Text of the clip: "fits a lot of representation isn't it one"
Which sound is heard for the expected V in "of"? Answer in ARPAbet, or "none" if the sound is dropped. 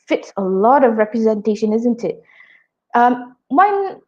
V